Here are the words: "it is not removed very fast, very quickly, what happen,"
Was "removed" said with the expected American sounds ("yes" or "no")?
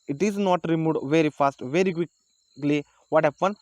no